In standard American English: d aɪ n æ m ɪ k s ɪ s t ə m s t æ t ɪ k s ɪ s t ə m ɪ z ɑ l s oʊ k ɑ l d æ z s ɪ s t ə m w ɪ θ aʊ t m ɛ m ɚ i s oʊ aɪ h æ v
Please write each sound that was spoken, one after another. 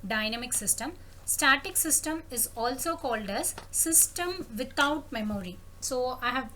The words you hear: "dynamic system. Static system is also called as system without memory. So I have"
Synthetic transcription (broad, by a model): d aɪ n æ m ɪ k s ɪ s t ə m s t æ t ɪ k s ɪ s t ə m ɪ z ɑ l s oʊ k ɑ l d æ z s ɪ s t ə m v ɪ t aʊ t m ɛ m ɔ i s oʊ aɪ h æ v